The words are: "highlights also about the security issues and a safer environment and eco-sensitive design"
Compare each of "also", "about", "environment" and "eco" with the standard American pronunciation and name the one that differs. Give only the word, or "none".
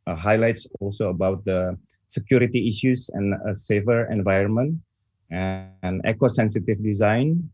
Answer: none